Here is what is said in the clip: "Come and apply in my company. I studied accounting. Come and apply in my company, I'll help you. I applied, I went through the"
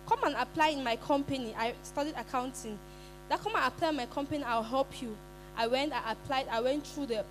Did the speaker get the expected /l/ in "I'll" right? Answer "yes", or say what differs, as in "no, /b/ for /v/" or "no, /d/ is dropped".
no, /w/ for /l/